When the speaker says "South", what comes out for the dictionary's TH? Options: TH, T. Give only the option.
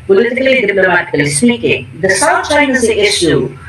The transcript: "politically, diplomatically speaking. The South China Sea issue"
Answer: T